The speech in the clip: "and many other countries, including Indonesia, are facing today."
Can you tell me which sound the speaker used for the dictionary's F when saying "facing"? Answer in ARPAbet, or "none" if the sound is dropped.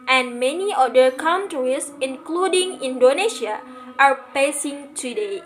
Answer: P